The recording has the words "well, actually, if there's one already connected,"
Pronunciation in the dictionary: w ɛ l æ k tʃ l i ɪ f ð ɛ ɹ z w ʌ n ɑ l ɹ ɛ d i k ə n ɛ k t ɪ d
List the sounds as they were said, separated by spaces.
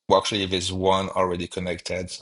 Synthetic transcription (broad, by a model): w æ k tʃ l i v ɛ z w ʌ n ɑ l ɹ ɛ d i k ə n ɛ k t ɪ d